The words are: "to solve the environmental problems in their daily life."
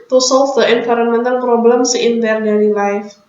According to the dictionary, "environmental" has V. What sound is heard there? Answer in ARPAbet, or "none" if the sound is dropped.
F